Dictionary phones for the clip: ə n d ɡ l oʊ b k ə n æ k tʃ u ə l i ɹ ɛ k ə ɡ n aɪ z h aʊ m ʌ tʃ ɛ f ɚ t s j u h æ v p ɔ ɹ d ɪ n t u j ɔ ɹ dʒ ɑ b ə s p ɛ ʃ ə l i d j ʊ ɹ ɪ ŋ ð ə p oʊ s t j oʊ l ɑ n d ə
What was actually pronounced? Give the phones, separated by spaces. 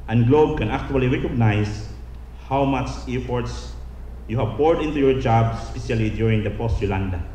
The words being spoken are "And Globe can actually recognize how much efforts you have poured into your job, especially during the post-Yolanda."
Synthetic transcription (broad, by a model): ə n ɡ l oʊ b k ə n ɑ k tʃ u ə l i ɹ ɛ k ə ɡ n aɪ s h aʊ m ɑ tʃ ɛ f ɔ t s j u h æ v p ɔ ɹ d ɪ n t u j ɔ ɹ dʒ ɑ b s p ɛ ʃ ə l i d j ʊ ɹ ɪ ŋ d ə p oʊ s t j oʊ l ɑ n d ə